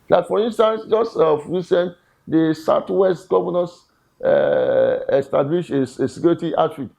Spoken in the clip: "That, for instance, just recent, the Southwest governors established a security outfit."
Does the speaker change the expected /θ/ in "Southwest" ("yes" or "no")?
yes